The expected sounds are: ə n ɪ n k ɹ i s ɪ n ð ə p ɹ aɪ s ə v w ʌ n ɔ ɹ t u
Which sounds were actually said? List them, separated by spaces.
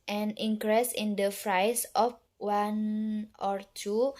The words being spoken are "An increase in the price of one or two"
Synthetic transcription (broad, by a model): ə n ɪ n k ɹ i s ɪ n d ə f ɹ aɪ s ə f w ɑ n ɔ ɹ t u